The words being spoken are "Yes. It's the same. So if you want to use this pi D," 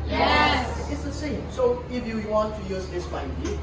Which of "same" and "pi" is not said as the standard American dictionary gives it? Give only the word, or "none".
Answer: pi